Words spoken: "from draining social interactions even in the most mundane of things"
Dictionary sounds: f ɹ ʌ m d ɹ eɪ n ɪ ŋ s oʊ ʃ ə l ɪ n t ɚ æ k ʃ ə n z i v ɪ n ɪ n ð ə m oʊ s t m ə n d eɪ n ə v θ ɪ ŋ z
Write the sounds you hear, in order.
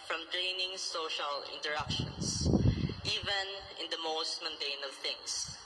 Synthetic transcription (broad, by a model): f ɹ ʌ m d ɹ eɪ n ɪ ŋ s oʊ ʃ ə l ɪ n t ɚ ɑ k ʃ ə n s i v ɪ n ɪ n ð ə m oʊ s t m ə n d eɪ n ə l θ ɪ ŋ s